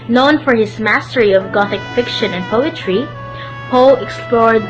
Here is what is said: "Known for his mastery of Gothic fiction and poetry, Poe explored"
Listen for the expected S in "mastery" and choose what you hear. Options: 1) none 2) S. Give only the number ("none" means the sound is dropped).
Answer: 2